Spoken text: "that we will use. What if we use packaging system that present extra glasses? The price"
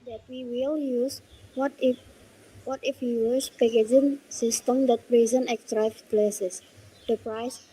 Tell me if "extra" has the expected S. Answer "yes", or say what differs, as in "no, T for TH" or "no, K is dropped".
no, S is dropped